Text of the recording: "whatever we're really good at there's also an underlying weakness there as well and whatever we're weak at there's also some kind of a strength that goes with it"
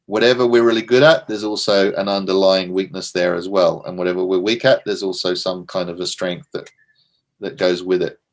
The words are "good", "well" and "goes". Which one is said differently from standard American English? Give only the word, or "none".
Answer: none